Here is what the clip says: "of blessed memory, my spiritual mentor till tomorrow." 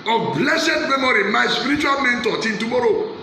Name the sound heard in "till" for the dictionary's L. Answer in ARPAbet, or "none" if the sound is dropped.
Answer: N